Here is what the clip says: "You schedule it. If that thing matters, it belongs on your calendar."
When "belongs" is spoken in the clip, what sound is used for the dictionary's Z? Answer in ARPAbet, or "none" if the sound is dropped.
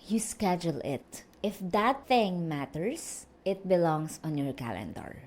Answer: S